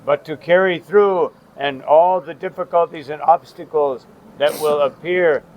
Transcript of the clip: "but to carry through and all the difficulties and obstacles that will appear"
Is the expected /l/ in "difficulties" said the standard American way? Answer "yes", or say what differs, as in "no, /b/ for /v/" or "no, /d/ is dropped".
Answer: yes